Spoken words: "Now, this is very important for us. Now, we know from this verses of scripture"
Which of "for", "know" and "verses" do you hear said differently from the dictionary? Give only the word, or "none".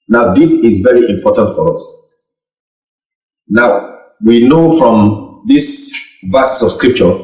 verses